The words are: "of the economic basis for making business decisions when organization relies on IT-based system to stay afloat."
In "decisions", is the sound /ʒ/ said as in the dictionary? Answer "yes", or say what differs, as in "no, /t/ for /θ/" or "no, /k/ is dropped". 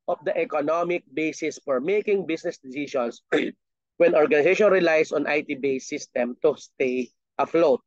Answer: no, /ʃ/ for /ʒ/